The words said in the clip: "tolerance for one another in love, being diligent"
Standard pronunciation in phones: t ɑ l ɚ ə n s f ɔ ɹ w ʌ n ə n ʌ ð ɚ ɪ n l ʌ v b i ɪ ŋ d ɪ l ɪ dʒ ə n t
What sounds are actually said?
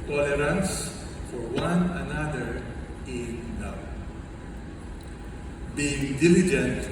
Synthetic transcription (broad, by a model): t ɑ l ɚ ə n s f ɔ ɹ w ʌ n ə n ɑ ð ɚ ɪ n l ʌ w b i ɪ ŋ d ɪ l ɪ dʒ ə n t